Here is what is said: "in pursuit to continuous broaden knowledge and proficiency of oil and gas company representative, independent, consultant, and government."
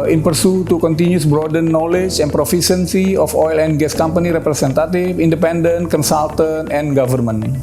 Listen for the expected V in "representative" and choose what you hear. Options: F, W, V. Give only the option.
F